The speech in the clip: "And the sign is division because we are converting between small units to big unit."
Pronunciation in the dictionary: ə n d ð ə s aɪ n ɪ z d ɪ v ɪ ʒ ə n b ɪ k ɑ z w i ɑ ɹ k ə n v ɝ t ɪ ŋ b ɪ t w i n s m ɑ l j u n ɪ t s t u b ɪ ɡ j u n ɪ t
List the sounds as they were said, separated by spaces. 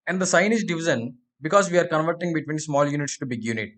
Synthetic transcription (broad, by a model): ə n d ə s aɪ n ɪ z d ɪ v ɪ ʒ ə n b ɪ k ɑ z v i ɑ ɹ k ə n v ɝ t ɪ ŋ b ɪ t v i n s m ɑ l j u n ɪ t s t u b ɪ ɡ j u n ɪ t